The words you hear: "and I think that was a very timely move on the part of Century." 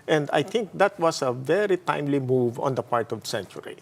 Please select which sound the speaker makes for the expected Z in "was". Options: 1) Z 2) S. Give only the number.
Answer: 2